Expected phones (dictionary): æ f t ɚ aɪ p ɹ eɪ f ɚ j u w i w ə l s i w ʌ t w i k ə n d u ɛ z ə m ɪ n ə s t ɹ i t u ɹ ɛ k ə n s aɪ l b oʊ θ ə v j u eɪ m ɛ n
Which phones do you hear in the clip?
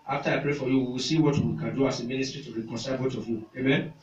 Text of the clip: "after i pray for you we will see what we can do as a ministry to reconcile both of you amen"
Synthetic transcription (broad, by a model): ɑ f t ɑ aɪ p ɹ eɪ f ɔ j u w i w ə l s i w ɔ t w i k ə n d u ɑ s ə m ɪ n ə s t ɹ i t u ɹ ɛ k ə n s aɪ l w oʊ t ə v j u eɪ m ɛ n